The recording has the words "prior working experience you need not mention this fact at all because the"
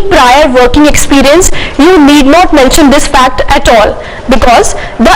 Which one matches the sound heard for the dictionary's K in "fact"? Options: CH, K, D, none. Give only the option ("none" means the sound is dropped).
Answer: K